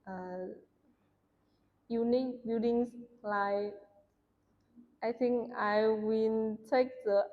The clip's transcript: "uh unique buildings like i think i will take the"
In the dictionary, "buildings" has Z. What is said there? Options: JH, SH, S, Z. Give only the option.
S